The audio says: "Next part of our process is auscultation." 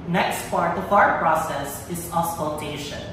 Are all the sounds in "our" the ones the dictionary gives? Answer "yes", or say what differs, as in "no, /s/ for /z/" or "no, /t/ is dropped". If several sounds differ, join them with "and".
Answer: yes